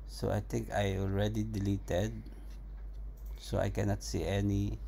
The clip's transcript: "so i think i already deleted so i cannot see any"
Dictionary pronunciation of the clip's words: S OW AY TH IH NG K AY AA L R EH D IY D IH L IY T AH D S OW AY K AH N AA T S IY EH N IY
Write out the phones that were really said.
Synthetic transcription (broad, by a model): S OW AY T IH NG K AY AA L R EH D IY D IH L IY T AH D S OW AY K AH N AA T S IY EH N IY